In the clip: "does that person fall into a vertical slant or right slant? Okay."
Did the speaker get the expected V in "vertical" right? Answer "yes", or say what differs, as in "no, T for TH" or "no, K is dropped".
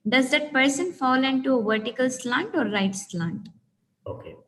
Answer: yes